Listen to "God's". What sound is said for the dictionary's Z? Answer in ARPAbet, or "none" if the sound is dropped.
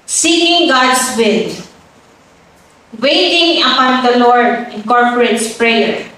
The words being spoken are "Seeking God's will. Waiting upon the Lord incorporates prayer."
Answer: S